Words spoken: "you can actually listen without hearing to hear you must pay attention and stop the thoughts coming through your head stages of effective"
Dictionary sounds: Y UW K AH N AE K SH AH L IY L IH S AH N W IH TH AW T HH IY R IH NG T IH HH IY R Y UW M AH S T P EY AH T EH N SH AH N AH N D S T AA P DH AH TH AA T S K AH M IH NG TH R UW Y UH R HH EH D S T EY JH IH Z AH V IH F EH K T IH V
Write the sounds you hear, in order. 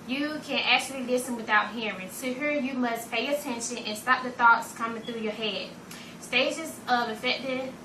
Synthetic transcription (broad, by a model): Y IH K AH N AE K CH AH L IY L IH S AH N W IH TH AW T HH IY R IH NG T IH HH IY R Y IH M AH S P EY AH T EH N SH AH N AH N S T AA P DH AH TH AA T S K AH M IH NG TH R UW Y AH R HH EH D S T EY JH IH Z AH V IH F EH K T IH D